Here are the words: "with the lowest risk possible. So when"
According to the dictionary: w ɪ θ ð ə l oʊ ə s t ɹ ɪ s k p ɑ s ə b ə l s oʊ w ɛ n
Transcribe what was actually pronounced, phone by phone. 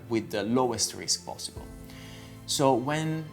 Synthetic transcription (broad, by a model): w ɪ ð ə l oʊ ə s t ɹ ɪ s k p ɑ s ə b ə l s oʊ w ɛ n